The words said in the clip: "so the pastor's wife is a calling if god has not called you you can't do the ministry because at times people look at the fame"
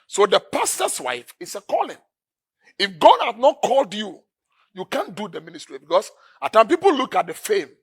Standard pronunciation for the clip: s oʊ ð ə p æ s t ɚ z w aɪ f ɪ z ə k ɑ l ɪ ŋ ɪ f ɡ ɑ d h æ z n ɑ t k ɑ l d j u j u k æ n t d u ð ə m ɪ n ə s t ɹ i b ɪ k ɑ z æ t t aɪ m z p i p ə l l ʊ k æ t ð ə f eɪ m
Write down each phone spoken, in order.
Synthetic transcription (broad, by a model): s oʊ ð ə p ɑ s t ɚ s w aɪ f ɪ s ə k ɑ l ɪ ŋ ɪ f ɡ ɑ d h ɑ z n ɑ t k ɑ l d j u j u k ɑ n d u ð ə m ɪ n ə s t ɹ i b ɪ k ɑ s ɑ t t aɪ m p i p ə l l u k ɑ t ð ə f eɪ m